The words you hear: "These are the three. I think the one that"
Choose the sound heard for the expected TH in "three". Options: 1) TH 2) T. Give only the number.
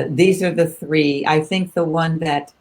1